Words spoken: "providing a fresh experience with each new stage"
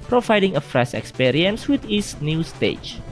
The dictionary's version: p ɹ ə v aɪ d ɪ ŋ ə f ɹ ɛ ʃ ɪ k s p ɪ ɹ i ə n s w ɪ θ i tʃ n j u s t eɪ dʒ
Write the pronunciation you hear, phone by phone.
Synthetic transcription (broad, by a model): p ɹ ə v aɪ d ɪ ŋ ə f ɹ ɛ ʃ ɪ k s p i ɹ i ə n s w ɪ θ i s n j u s t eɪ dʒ